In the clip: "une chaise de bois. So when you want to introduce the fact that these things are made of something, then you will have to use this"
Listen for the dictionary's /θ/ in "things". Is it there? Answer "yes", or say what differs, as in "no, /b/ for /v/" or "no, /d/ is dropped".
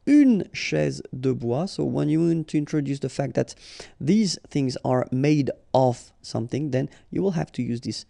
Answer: yes